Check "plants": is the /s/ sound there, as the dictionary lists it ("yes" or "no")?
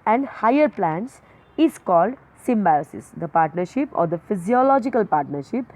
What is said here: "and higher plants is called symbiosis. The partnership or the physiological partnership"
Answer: yes